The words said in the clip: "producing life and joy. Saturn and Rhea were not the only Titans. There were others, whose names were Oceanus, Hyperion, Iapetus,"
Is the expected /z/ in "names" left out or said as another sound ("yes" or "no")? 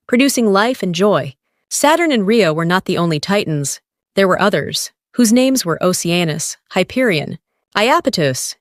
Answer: no